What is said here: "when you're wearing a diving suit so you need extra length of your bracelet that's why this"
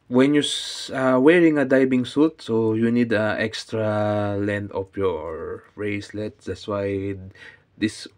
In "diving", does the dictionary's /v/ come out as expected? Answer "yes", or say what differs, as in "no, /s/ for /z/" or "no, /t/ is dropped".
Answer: no, /b/ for /v/